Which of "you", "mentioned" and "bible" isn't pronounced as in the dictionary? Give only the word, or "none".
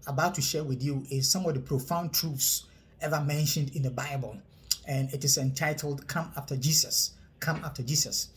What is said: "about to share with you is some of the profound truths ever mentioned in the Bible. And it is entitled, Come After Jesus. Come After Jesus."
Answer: none